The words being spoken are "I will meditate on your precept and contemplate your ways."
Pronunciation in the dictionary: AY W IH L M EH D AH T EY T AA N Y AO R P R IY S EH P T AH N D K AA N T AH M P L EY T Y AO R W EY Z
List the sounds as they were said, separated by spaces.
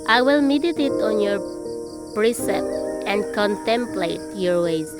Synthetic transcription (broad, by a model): AY W IH L M EH D AH T EY T AA N Y AO R P R IY S EH P T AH N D K AA N T AH M P L EY T Y AO R W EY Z